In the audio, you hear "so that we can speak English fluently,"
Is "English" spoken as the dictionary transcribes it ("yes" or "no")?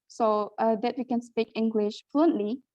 yes